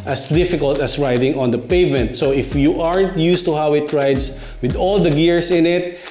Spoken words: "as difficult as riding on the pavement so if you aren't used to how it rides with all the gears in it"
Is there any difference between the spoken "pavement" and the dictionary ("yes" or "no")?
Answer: no